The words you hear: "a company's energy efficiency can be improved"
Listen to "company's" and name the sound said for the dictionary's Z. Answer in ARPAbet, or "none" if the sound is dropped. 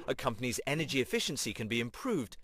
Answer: Z